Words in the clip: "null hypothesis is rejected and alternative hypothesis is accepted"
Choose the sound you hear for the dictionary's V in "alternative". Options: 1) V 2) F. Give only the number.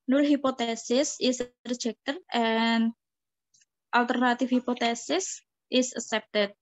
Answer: 2